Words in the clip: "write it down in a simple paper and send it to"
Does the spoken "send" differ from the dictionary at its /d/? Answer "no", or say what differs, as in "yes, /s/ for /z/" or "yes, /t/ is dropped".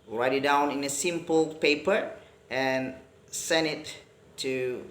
yes, /d/ is dropped